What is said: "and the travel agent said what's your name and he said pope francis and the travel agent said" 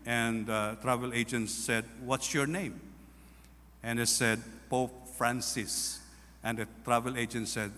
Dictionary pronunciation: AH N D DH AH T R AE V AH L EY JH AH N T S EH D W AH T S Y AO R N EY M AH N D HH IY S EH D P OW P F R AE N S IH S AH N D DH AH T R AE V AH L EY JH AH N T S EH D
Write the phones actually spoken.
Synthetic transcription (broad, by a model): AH N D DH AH T R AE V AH L EY JH AH N T S EH D W AH T S Y AO R N EY M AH N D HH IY S EH D P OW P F R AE N S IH S AH N D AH T R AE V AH L EY JH AH N T S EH D